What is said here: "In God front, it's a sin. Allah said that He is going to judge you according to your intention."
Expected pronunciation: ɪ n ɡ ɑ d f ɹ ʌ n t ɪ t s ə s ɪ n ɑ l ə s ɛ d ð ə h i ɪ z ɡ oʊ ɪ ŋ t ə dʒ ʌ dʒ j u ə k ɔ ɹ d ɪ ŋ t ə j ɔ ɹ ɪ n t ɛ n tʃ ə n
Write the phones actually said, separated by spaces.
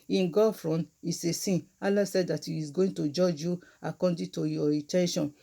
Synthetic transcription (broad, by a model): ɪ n ɡ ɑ f ɹ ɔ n ɪ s ə s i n ɑ l ə s ɛ d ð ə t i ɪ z ɡ oʊ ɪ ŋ t ə dʒ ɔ dʒ j u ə k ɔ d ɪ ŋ t ə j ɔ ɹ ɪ t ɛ n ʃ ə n